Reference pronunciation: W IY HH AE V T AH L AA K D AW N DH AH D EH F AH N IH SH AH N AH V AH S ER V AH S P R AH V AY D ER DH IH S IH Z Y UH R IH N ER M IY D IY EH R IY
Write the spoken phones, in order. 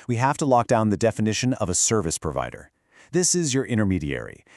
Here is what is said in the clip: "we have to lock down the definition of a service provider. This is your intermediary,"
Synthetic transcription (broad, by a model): W IY HH AE F T AH L AA K D AW N DH AH D EH F AH N IH SH AH N AH V AH S ER V AH S P R AH V AY D ER DH IH S IH Z Y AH R IH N ER M IY D IY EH R IY